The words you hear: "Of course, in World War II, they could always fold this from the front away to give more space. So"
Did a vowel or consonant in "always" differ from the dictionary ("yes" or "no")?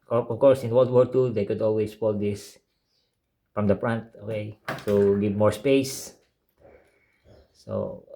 yes